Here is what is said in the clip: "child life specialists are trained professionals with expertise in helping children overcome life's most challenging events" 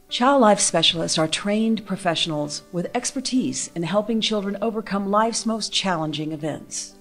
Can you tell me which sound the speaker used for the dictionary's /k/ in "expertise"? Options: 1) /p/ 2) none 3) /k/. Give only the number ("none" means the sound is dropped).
3